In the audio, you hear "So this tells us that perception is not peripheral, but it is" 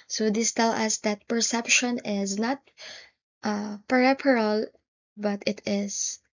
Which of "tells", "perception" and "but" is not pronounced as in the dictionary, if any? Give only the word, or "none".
tells